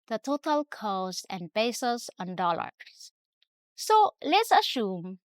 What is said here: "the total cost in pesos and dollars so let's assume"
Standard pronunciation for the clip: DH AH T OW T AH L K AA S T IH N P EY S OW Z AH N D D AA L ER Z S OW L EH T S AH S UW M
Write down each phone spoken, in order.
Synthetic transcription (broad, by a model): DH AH T OW T AH L K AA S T IH N B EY S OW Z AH N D D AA L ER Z S OW L EH T S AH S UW M